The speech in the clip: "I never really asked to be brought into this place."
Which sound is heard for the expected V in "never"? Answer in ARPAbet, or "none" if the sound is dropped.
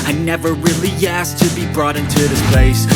V